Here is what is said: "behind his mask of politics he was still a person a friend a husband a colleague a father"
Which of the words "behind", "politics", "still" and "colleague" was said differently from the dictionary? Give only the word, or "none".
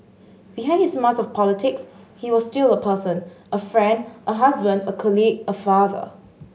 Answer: behind